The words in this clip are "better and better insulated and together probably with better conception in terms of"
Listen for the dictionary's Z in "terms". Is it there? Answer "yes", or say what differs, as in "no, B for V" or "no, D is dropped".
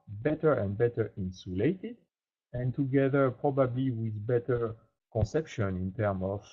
no, Z is dropped